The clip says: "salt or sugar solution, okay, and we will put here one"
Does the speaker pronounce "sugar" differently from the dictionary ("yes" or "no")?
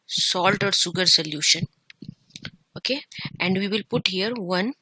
yes